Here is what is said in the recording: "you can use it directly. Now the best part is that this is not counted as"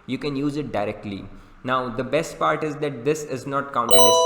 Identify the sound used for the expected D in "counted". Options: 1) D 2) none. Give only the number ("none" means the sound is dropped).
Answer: 2